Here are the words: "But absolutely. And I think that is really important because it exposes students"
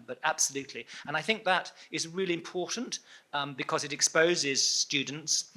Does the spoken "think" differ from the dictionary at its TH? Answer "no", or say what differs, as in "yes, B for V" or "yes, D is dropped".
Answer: no